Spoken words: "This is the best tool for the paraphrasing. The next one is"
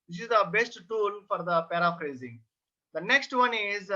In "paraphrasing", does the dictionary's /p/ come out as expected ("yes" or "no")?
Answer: yes